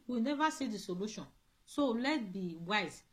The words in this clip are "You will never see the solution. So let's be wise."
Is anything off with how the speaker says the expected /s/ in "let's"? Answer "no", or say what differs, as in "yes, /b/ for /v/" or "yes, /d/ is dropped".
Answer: yes, /s/ is dropped